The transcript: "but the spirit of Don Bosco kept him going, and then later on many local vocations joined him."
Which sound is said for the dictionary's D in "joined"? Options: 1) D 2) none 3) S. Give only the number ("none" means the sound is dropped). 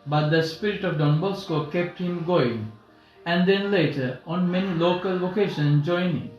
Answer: 2